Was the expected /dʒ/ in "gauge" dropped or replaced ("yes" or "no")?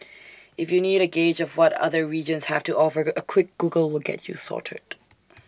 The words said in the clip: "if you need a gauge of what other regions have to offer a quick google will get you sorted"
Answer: no